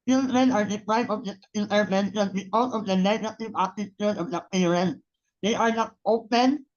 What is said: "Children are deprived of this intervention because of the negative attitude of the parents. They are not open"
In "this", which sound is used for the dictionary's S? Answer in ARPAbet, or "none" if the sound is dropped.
none